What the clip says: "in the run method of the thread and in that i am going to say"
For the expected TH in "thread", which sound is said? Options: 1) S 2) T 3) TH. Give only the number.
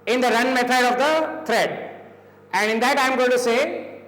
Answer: 2